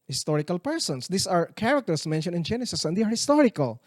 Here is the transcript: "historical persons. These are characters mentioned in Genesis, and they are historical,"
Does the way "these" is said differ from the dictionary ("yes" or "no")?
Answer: yes